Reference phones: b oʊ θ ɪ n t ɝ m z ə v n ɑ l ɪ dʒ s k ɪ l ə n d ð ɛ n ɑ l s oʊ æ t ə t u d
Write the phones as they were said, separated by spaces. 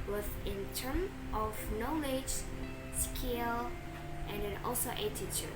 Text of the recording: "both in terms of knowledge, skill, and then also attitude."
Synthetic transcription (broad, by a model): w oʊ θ ɪ n t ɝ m ə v n ɑ l ɪ dʒ s k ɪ l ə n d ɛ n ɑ l s oʊ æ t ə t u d